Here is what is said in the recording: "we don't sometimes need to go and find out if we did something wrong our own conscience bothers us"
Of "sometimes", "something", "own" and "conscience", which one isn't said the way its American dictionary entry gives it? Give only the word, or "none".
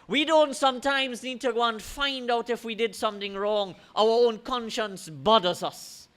none